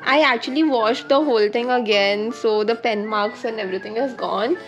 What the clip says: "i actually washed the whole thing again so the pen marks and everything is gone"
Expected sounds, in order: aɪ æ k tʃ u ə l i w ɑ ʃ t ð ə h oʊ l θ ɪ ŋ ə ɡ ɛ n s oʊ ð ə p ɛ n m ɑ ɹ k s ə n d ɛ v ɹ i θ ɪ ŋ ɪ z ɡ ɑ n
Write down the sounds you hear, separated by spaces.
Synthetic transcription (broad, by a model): aɪ æ k tʃ u ə l i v ɑ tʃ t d ə h oʊ l t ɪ ŋ ə ɡ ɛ n s oʊ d ə p ɛ n m ɑ ɹ k s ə n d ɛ v ɹ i t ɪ ŋ ɪ z ɡ ɑ n